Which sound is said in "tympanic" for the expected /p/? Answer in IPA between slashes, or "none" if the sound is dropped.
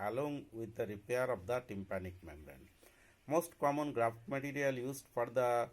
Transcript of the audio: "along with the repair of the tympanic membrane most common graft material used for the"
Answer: /p/